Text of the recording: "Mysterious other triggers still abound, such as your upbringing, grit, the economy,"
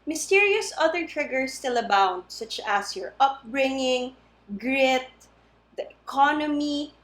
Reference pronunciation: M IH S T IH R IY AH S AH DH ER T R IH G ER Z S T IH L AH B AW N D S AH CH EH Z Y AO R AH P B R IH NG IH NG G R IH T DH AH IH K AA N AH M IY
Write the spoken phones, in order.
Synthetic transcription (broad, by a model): M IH S T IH R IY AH S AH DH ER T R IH G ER S T IH L AH B AW N D S AH CH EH S Y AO R AH P B R IH NG IH NG G R IH T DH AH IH K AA N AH M IY